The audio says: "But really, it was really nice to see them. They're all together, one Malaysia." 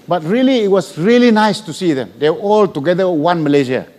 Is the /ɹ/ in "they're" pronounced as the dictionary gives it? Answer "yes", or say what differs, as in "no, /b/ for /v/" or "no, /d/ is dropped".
no, /w/ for /ɹ/